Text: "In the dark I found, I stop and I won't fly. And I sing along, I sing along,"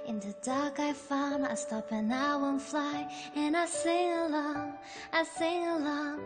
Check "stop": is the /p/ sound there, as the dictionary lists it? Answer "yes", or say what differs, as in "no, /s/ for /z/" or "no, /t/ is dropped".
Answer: yes